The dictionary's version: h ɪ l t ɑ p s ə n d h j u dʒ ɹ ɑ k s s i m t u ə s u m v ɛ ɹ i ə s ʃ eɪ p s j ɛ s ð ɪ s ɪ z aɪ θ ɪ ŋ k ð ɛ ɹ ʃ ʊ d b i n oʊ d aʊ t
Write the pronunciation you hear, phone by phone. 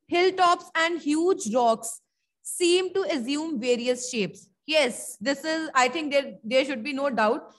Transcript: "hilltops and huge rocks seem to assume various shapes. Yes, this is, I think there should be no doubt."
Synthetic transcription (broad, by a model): h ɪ l t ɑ p s ə n d h j u dʒ ɹ ɑ k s s i m t u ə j u m v ɛ ɹ i ə s ʃ eɪ p s j ɛ s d ɪ s ɪ z aɪ t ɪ ŋ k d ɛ ɹ ʃ ʊ d b i n oʊ d aʊ t